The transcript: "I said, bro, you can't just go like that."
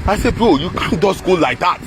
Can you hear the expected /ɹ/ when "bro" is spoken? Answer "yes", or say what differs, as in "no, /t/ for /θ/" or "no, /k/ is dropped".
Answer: no, /ɹ/ is dropped